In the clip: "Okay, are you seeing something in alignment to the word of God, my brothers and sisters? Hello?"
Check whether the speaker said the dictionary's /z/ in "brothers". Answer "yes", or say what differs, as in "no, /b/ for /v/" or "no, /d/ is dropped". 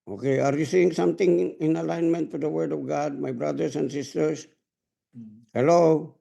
no, /s/ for /z/